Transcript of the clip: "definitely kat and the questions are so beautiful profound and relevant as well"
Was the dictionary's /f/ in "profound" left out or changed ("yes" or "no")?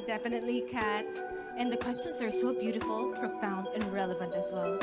no